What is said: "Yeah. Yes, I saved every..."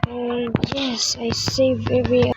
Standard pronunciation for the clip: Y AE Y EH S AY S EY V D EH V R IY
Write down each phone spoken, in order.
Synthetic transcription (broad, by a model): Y Y EH S AY S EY V EH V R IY